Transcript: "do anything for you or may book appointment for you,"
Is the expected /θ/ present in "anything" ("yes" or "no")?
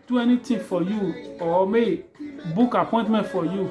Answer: no